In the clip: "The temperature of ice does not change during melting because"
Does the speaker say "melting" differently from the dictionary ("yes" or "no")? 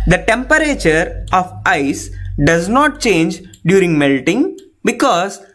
no